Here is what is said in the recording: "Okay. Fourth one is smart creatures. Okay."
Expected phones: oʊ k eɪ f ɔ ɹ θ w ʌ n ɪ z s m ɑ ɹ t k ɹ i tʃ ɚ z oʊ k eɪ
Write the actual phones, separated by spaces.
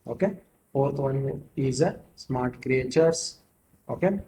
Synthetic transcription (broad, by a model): oʊ k eɪ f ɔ ɹ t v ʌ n ɪ z s m ɑ ɹ t k ɹ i tʃ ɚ s oʊ k eɪ